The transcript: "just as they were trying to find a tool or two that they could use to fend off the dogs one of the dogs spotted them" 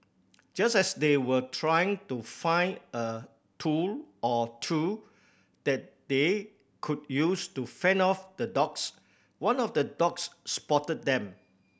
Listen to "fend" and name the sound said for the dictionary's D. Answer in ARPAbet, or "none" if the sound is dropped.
none